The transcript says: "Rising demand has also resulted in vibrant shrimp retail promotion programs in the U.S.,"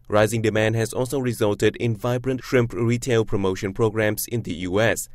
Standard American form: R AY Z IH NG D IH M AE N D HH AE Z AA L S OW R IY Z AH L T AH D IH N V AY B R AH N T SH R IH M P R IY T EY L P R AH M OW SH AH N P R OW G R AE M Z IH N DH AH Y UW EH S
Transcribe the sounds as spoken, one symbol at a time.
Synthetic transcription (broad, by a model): R AY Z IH NG D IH M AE N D HH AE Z AA L S OW R IY Z AH L T AH D IH N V AY B R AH N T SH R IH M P R IY T EY L P R AH M OW SH AH N P R OW G R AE M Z IH N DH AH Y UW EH S